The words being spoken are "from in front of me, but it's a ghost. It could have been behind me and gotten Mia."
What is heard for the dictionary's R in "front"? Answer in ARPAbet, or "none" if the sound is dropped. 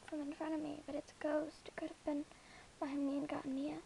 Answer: none